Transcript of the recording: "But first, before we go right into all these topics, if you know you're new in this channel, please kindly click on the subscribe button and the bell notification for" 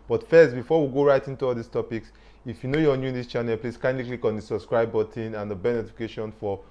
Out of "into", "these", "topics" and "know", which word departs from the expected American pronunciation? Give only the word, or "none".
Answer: these